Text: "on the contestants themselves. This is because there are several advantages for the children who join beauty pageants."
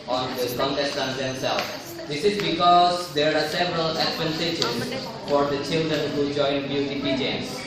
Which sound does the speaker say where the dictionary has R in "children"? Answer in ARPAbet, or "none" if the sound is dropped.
R